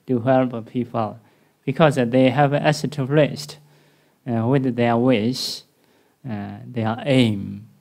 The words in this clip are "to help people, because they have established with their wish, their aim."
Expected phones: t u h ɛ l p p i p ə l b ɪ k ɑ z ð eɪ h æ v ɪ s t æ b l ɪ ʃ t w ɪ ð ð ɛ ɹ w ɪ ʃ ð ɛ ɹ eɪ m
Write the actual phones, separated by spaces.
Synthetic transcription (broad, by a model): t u h ɛ l p p i p ə l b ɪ k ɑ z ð eɪ h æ v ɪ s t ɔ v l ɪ s t w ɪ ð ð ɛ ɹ w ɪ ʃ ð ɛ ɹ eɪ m